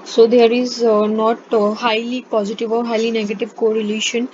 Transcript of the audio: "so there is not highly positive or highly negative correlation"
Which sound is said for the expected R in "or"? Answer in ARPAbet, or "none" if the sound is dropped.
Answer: R